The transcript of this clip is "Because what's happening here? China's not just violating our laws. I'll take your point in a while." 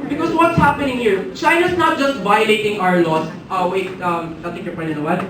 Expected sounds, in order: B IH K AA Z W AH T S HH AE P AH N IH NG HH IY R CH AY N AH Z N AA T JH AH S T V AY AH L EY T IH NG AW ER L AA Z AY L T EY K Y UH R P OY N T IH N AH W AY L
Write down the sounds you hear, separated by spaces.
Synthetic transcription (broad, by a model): B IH K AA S W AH T S HH AE P AH N IH NG HH IY R CH AY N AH S N AA T JH AH S T V AY AH L EY T IH NG AW ER L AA S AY W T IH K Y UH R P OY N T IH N AH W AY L